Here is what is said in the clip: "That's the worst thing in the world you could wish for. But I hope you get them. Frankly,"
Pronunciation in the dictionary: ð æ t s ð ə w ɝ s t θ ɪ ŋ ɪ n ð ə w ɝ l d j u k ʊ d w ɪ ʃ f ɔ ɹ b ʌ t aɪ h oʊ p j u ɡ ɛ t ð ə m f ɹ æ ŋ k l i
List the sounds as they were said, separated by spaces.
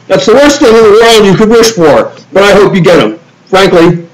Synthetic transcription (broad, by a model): ð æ t s ð ə w ɝ s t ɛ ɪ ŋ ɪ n ð ə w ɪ n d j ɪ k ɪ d w ɪ ʃ f ɔ ɹ b ʌ t aɪ h oʊ p j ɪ ɡ ɛ t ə m f ɹ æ ŋ k l i